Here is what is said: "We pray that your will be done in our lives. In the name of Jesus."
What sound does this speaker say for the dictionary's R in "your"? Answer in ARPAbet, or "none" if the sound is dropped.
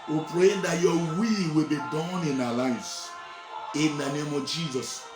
W